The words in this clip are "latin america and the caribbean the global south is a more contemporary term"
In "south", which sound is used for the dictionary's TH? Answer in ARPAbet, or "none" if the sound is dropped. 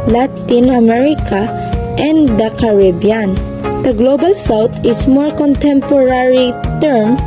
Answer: T